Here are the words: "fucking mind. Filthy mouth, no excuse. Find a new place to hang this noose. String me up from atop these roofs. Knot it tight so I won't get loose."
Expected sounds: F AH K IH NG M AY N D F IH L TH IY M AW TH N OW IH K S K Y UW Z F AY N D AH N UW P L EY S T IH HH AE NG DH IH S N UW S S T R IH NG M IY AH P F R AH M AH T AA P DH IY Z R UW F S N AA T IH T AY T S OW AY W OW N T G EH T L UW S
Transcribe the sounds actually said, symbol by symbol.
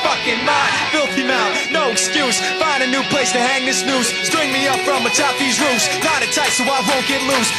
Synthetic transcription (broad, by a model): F AH K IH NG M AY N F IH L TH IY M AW T N OW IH K S K Y UW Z F AY N D AH N UW P L EY S T IH HH AE NG DH IH S N UW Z S T R IH NG M IY AH P F R AH M AH T AA P DH IY Z R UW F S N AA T IH T AY T S OW AY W OW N G EH T L UW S